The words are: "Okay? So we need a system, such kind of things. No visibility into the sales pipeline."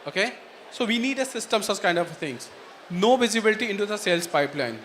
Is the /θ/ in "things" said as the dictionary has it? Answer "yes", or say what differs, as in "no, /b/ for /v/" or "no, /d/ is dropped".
no, /t/ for /θ/